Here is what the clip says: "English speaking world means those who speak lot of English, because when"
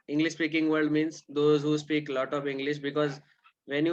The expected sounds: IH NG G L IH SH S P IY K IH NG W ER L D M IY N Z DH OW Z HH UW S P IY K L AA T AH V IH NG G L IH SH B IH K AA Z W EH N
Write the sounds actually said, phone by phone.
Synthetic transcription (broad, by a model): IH NG G L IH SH S P IY K IH NG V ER D M IY N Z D OW Z HH UW S P IY K L AA T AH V IH NG G L IH SH B IH K AA Z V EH N